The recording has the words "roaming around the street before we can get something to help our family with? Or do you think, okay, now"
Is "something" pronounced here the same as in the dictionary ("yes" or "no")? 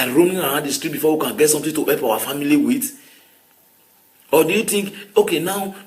no